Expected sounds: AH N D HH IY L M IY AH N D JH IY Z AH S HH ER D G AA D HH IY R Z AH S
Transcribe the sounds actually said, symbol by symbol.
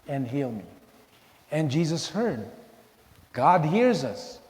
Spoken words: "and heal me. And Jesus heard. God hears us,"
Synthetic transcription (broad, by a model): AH N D HH IY L M IY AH N JH IY Z AH S HH ER D G AA D HH IY R Z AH S